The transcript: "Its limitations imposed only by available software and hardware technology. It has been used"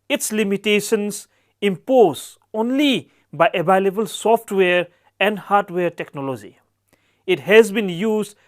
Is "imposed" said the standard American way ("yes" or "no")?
no